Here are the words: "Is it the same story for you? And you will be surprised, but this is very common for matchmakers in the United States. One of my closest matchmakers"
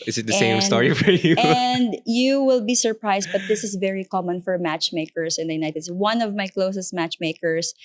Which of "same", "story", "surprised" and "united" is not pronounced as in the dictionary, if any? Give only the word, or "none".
surprised